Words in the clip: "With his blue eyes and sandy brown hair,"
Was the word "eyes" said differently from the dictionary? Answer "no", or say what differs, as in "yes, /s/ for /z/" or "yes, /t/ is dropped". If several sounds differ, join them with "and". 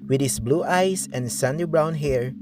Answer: yes, /s/ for /z/